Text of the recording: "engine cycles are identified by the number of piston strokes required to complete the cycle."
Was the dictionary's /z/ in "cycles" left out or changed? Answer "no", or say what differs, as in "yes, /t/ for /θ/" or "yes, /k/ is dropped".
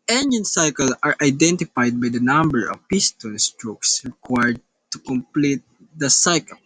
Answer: yes, /z/ is dropped